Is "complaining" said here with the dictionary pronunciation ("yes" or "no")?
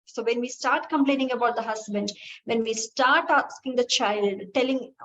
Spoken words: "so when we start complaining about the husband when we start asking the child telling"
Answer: yes